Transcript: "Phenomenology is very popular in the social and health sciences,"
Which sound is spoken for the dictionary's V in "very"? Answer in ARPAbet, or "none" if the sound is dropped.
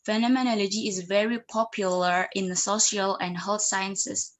V